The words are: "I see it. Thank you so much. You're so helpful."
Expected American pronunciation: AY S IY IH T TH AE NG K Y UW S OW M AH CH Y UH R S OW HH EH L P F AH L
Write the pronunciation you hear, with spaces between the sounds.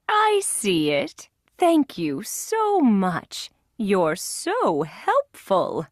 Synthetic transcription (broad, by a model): AY S IY IH T TH AE NG K Y UW S OW M AH CH Y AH R S OW HH EH L P F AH L